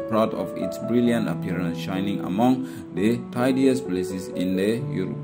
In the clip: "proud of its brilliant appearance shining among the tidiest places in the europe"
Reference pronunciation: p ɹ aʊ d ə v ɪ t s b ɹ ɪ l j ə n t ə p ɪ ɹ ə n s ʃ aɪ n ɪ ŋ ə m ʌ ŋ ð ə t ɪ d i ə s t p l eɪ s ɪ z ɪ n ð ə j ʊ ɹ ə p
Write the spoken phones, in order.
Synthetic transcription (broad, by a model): p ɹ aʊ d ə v ɪ t s b ɹ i l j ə n t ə p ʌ ɹ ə n s ʃ aɪ n ɪ ŋ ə m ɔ ŋ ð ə t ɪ d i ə s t p l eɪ s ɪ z ɪ n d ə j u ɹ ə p